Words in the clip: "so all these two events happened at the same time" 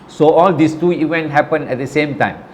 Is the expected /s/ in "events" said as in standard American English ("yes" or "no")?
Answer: no